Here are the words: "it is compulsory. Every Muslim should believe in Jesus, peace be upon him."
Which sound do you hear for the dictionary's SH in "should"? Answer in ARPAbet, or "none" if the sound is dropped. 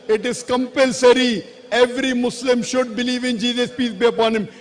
SH